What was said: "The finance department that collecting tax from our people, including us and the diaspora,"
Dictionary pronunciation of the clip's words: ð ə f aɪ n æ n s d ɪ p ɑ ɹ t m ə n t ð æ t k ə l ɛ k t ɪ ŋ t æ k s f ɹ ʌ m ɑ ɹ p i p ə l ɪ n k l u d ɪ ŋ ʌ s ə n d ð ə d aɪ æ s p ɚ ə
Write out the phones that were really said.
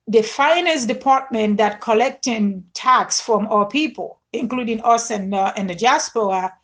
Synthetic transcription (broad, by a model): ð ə f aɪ n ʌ s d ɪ p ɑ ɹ t m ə n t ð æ t k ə l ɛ k t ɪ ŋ t æ k s f ɹ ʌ m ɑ p i p ə l ɪ n k l u d ɪ ŋ ʌ s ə n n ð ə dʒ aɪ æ s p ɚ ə